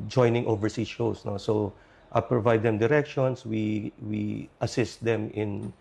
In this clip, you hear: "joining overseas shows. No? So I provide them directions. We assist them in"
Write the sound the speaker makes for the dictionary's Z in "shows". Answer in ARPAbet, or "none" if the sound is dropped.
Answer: S